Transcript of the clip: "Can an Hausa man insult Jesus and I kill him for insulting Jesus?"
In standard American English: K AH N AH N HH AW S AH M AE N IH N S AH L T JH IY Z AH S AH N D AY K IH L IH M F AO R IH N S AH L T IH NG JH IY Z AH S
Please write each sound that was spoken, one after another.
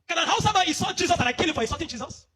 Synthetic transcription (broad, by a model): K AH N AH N HH AW S AH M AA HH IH S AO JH IY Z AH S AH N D AY K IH L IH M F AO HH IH S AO T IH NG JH IY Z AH S